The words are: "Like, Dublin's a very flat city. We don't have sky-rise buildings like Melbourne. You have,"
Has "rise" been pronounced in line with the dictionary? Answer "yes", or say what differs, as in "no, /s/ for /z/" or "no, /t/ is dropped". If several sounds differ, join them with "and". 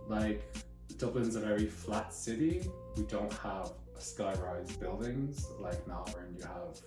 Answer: yes